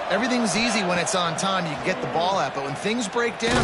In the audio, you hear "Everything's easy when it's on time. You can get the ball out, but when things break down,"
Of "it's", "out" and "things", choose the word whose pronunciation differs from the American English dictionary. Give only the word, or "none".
none